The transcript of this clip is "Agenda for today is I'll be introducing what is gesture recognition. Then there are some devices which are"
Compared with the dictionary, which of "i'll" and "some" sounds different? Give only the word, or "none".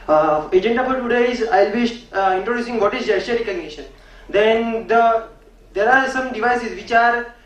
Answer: none